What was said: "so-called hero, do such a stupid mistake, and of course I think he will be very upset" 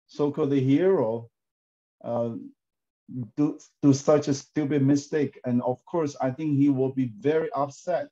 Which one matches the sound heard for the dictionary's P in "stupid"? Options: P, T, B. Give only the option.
B